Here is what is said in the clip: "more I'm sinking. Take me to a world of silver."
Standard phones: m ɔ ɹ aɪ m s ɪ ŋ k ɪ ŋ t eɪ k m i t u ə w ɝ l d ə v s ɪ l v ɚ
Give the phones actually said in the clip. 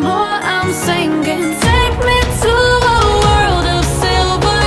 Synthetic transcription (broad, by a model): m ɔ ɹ aɪ m s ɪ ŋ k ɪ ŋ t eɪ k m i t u ə w ɝ l d ə v s ɪ l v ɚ